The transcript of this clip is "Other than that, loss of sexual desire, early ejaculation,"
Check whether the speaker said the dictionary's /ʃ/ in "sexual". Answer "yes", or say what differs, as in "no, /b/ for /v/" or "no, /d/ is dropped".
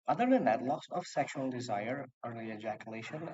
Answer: yes